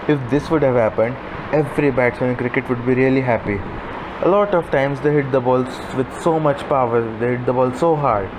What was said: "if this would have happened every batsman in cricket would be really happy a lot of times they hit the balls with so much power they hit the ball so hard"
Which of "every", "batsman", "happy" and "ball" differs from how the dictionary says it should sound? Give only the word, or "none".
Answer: batsman